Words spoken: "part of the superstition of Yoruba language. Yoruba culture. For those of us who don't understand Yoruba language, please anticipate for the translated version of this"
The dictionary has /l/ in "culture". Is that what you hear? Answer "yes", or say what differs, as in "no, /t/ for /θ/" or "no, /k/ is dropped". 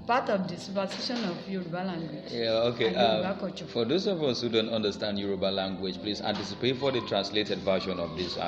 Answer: no, /l/ is dropped